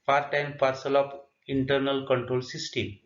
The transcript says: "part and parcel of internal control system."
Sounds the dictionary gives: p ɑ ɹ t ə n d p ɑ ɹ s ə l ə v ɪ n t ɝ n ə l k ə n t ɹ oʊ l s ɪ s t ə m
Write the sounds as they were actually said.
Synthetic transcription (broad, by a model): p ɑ ɹ t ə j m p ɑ ɹ s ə l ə p ɪ n t ɝ n ə l k ə n t ɹ oʊ l s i s t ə m